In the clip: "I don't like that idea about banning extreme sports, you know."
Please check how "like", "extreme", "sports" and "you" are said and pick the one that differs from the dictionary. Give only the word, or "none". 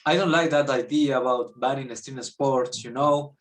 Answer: extreme